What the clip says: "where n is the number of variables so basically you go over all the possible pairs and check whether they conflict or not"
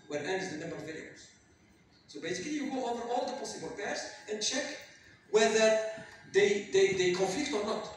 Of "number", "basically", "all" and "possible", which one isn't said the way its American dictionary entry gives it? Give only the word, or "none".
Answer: none